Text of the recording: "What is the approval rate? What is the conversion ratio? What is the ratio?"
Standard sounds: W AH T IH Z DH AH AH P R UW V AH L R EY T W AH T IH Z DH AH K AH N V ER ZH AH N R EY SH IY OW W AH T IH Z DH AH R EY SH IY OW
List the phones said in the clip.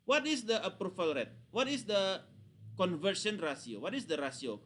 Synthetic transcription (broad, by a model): W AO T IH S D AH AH P R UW F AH L R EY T W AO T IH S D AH K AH N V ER S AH N R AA S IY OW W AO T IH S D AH R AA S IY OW